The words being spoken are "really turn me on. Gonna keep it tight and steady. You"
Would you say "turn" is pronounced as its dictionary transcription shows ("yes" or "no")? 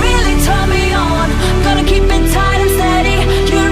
no